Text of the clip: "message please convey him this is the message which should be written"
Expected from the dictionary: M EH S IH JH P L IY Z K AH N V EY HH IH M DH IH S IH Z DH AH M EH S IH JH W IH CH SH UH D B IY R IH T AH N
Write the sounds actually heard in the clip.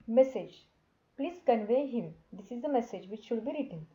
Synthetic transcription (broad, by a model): M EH S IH JH P L IY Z K AH N V EY HH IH M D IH S IH Z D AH M EH S IH JH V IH CH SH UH D B IY R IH T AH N